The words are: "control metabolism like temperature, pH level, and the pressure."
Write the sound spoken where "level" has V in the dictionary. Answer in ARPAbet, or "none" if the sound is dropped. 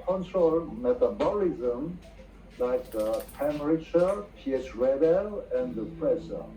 B